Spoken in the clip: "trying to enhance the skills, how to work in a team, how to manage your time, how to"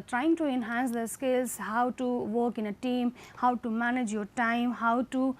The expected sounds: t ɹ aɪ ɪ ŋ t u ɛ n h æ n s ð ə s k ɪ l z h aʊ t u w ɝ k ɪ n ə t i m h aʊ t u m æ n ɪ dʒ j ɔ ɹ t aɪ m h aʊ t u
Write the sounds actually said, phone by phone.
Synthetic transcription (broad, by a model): t ɹ aɪ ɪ ŋ t u ɛ n h æ n s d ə s k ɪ l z h aʊ t u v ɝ k ɪ n ə t i m h aʊ t u m æ n ɪ dʒ j ɔ ɹ t aɪ m h aʊ t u